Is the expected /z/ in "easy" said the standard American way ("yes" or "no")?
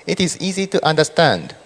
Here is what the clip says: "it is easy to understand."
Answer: yes